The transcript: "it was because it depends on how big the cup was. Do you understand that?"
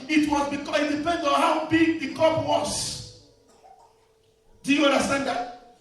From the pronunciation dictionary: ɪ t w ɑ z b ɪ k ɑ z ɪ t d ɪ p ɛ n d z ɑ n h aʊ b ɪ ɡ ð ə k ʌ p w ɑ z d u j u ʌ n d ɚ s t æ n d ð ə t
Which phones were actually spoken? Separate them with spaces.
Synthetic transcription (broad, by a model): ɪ t w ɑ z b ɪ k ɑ ɪ t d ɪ p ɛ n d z ɑ n h aʊ b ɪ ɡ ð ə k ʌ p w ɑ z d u j u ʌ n d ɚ s t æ n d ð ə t